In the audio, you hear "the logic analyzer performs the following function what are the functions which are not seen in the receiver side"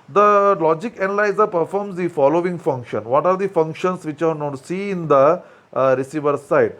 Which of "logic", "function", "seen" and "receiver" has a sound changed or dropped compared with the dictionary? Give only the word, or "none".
seen